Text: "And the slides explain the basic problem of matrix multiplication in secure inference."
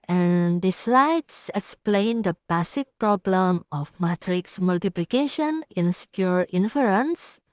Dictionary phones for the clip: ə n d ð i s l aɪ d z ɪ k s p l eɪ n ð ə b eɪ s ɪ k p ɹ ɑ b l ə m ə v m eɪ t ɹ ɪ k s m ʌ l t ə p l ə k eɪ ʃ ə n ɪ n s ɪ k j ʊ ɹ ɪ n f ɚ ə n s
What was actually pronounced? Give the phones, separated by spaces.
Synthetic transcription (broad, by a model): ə n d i s l aɪ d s ɪ k s p l eɪ n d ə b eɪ s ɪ k p ɹ ɑ b l ə m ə f m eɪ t ɹ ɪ k s m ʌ l t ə p l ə k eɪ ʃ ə n ɪ n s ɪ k j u ɹ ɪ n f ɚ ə n s